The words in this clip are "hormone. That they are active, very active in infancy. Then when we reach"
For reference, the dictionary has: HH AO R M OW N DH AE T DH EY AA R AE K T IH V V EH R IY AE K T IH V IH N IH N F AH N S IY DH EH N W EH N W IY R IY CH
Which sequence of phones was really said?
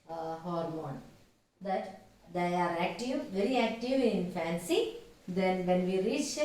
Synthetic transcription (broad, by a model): HH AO R M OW N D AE T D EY AA R AE K T IH V V EH R IY AE K T IH V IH IH N F AH N S IY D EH N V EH N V IY R IY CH